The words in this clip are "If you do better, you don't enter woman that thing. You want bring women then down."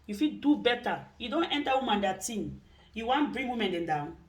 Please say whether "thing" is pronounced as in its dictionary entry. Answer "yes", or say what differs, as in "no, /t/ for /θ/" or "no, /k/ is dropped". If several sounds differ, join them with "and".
no, /t/ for /θ/